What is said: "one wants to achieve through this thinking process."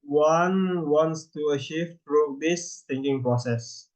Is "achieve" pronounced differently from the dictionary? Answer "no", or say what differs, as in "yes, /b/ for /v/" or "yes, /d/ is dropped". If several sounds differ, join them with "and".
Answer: yes, /ʃ/ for /tʃ/